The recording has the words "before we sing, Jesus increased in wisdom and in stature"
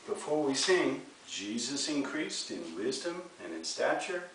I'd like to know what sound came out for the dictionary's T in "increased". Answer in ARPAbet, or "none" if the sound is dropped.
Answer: T